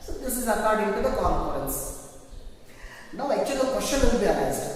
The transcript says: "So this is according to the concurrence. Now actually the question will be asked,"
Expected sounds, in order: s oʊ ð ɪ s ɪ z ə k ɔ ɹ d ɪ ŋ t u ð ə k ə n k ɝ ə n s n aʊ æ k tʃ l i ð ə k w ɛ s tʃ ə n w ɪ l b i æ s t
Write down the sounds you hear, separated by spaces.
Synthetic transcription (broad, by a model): s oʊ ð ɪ s ɪ z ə k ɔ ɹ d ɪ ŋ t u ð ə k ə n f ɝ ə n s n aʊ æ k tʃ i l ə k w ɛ ʃ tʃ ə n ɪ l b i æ s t